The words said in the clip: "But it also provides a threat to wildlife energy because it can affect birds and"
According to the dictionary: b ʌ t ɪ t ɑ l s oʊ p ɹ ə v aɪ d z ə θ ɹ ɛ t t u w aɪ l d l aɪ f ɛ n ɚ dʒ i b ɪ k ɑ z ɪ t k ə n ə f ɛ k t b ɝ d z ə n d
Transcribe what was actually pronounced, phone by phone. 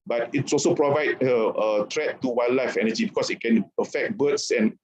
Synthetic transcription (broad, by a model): b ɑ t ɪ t ɑ l s oʊ p ɹ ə v aɪ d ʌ ə t ɹ ɛ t t u w aɪ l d l aɪ f ɛ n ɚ dʒ i b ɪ k ɑ s ɪ t k ə n ə f ɛ k t b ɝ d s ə n